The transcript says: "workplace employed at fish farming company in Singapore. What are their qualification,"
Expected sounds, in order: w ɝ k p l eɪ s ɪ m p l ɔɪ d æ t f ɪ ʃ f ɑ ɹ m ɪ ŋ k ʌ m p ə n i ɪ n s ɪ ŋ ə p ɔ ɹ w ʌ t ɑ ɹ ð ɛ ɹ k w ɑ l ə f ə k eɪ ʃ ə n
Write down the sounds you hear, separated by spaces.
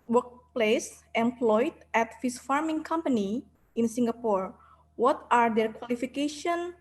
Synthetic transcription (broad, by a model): w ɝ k p l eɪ s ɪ m p l ɔɪ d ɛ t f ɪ s f ɑ ɹ m ɪ ŋ k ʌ m p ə n i ɪ n s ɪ ŋ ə p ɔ ɹ w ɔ t ɑ ɹ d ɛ ɹ k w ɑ l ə f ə k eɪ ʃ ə n